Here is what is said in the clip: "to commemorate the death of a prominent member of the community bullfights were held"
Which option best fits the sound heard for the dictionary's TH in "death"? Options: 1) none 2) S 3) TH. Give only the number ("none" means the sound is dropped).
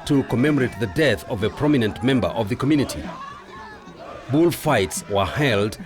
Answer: 3